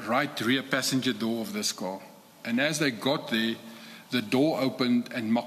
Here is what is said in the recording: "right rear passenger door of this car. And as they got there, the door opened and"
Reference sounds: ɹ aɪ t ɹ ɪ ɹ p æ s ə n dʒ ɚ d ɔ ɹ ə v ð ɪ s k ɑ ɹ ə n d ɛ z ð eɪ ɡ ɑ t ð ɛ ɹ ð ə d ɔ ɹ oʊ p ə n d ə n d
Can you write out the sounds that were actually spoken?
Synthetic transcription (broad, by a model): ɹ aɪ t ɹ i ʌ p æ s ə n dʒ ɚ d ɔ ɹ ə v ð ɪ s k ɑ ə n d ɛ z ð eɪ ɡ ɑ t ð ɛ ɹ ð ə d ɔ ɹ oʊ p ə n d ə n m